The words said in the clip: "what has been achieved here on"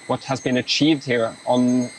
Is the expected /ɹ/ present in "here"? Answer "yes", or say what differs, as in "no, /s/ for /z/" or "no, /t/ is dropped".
yes